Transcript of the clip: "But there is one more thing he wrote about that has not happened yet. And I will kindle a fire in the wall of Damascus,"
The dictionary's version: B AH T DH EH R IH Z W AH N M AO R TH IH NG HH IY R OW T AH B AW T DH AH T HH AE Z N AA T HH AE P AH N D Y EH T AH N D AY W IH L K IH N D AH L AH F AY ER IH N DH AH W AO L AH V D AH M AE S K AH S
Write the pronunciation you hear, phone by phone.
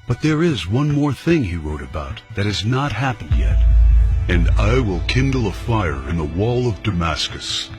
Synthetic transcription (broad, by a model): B AH T DH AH R IH Z W AH N M AO R TH IH NG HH IY R OW T AH B AW T DH AH T HH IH Z N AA T HH AE P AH N D Y EH T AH N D AY W IH L K IH N D L AH F AY ER IH N DH AH W AO L AH V D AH M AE S K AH S